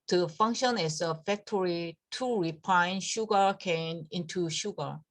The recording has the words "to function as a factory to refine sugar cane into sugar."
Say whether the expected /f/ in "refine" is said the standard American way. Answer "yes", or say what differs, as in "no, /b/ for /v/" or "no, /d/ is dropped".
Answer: no, /p/ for /f/